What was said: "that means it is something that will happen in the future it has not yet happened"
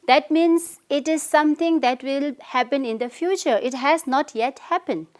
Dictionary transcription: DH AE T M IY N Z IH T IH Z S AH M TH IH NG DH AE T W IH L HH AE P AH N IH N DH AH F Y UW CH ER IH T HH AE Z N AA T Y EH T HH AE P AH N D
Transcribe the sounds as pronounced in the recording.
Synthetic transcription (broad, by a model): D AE T M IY N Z IH T IH Z S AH M T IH NG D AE T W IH L HH AE P AH N IH N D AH F Y UW CH ER IH T HH AE Z N AA T Y EH T HH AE P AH N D